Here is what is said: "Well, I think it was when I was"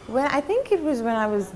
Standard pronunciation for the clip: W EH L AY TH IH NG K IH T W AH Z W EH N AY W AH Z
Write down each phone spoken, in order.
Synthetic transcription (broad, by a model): W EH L AY TH IH NG K IH T W AH Z W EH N AY W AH Z